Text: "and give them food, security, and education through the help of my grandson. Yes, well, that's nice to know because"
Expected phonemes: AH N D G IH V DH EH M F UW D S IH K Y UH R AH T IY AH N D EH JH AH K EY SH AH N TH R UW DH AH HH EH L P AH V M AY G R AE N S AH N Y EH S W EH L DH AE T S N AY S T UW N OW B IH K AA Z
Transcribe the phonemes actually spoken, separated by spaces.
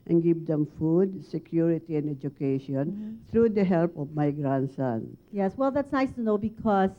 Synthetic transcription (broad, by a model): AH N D G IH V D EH M F UW D S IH K Y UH R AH T IY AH N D EH JH AH K EY SH AH N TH R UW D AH HH EH L P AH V M AY G R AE N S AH N Y EH S W EH L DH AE T S N AY S T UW N OW B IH K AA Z